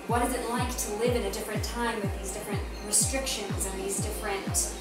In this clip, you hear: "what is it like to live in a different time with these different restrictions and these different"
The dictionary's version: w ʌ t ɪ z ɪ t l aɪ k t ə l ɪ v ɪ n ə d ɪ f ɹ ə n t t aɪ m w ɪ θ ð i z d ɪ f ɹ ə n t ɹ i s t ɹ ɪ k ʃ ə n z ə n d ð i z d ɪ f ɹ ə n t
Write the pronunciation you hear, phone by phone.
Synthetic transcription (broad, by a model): w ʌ t ɪ z ɪ t l aɪ k t ə l ɪ v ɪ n ə d ɪ f ɹ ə n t t aɪ m w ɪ ð i z d ɪ f ɹ ə n t ɹ i s t ɹ ɪ k ʃ ə n z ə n ð i z d ɪ f ɹ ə n t